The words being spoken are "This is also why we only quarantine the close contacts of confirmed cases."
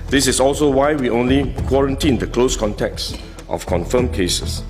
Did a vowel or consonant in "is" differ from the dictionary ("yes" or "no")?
yes